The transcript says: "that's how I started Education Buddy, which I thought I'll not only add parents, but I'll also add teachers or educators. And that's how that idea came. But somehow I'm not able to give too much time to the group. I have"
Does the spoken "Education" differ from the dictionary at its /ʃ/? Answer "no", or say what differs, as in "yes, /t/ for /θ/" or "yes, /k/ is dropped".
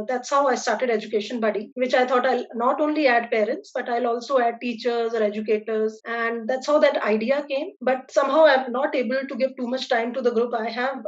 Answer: no